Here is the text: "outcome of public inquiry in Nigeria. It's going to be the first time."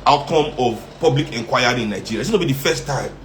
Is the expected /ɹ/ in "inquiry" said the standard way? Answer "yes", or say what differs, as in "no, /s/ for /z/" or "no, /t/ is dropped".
no, /ɹ/ is dropped